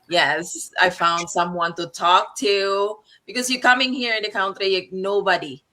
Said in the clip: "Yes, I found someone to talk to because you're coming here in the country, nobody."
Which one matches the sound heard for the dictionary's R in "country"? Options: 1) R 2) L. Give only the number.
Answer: 2